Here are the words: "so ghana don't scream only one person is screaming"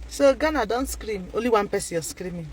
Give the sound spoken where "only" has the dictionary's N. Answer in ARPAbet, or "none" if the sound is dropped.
none